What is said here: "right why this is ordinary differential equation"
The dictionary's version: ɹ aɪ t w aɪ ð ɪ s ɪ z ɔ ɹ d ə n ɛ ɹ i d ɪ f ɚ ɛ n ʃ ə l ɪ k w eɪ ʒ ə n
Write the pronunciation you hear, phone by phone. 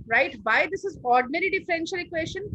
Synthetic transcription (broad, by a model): ɹ aɪ t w aɪ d ɪ s ɪ z ɔ ɹ d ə n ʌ ɹ i d ɪ f ɚ ɛ n ʃ ə l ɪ k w eɪ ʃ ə n